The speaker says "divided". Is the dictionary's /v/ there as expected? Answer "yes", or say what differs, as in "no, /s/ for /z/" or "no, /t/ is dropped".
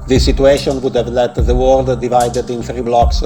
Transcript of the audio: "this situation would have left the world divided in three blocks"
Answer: yes